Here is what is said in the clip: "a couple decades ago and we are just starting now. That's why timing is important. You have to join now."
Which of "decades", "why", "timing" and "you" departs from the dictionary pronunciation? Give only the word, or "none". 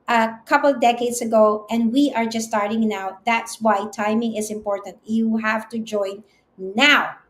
decades